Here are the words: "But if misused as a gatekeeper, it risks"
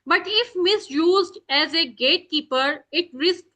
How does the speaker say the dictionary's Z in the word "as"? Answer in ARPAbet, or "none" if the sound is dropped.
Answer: Z